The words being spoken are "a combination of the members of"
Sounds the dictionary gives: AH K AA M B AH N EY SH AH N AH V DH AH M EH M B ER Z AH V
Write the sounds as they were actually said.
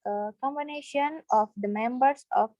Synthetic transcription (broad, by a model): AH K AA M B AH N EY SH AH N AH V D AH M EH M B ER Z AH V